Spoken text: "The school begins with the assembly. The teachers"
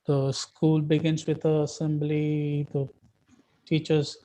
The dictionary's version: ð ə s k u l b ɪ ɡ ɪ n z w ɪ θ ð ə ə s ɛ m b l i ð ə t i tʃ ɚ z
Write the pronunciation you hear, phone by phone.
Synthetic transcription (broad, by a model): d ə s k u l b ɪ ɡ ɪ n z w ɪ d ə ə s ɛ m b l i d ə t i tʃ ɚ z